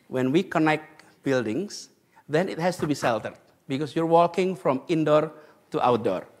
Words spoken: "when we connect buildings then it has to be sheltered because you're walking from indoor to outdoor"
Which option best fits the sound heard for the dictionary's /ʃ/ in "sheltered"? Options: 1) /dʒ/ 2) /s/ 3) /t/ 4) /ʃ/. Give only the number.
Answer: 2